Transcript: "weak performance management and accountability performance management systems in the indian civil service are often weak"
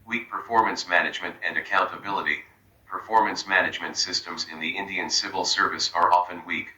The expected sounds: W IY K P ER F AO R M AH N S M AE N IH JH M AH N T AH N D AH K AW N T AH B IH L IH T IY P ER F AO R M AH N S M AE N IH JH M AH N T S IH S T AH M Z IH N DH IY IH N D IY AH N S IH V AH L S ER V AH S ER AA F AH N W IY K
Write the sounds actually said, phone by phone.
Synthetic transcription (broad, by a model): W IY K P ER F AO R M AH N S M AE N IH JH M AH N T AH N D AH K AW N T AH B IH L IH T IY P ER F AO R M AH N S M AE N IH JH M AH N T S IH S T AH M Z IH N DH IY IH N D IY AH N S IH V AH L S ER V AH S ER AA F AH N W IY K